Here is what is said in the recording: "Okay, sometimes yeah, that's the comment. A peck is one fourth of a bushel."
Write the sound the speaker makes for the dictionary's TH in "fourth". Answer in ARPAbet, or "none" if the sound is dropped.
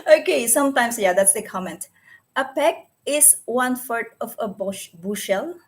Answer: T